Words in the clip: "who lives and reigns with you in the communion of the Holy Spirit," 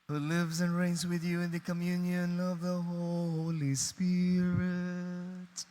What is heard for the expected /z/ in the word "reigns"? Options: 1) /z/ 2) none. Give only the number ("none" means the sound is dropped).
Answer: 1